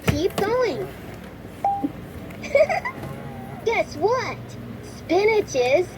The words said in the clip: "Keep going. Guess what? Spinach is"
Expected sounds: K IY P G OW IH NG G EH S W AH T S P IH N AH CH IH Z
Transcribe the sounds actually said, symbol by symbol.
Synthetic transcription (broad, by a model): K IY P G OW IH NG G EH S W AH T S P IH N AH CH IH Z